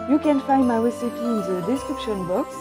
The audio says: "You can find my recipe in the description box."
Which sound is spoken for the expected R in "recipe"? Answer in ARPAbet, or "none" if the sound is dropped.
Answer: W